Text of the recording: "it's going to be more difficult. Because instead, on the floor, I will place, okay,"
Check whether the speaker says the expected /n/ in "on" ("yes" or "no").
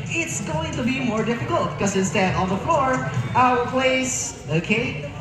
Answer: no